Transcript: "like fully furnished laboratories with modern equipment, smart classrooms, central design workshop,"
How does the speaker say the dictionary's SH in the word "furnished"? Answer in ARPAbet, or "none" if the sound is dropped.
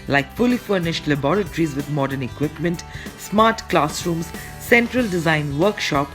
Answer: SH